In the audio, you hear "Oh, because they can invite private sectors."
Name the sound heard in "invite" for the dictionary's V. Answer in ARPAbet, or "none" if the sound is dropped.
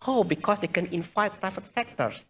F